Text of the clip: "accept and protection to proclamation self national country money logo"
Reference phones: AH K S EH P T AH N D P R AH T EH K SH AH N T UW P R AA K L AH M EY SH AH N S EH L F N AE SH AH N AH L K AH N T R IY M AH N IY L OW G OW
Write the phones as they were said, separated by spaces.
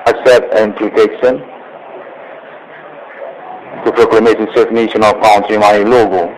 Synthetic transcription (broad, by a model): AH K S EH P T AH N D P R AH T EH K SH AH N T UW P R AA K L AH M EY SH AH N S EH F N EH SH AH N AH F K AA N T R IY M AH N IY L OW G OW